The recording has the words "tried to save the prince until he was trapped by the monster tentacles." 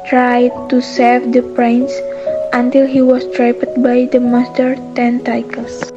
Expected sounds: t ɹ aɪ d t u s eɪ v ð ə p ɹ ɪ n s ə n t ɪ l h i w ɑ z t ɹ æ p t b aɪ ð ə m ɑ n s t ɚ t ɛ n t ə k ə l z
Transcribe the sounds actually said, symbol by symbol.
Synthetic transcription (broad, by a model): t ɹ aɪ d t u s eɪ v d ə p ɹ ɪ n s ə n t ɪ l h i w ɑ s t ɹ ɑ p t b aɪ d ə m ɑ s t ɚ t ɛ n t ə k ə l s